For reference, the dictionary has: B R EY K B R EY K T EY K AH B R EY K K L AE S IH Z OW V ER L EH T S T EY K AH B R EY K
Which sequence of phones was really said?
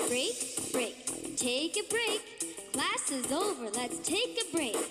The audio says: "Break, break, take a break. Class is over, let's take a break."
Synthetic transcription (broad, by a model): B R EY K B R EY K T EY K AH B R EY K K L AE S IH Z OW V ER L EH T S T EY K AH B R EY K